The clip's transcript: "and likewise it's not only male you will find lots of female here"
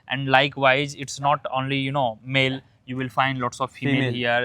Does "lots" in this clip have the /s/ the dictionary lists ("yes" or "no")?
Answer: yes